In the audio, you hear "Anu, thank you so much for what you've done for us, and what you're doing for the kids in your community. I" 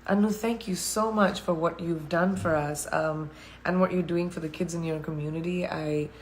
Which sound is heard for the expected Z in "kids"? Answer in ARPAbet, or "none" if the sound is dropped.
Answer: Z